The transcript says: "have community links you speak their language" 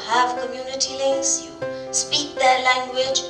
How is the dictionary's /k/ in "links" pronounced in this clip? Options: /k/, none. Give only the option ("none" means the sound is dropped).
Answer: none